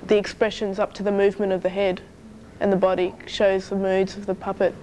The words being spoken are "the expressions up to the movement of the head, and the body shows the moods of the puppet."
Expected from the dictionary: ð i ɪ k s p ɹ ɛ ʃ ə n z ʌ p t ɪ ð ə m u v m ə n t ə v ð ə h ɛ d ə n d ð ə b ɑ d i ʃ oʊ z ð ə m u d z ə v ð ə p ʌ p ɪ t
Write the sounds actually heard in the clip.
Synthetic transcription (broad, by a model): ð i ɪ k s p ɹ ɛ ʃ ə n z ʌ p t ɪ ð ə m u v m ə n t ə v ð ə h ɛ d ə n ð ə b ɑ d i ʃ oʊ z ð ə m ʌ d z ə v ð ə p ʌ p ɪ t